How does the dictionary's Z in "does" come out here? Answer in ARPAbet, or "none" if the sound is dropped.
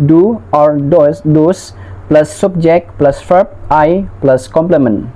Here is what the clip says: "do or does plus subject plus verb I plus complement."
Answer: S